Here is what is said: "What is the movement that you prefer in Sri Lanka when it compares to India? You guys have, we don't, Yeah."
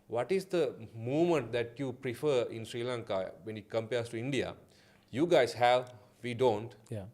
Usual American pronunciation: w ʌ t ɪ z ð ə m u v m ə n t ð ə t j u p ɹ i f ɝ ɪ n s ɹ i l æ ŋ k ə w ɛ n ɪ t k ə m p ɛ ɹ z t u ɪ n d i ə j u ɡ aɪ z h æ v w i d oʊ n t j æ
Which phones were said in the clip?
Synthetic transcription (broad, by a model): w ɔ t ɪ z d ə m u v m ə n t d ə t j u p ɹ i f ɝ ɪ n s ɹ i l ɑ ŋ k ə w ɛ n ɪ t k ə m p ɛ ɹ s t u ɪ n d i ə j u ɡ aɪ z h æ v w i d oʊ n t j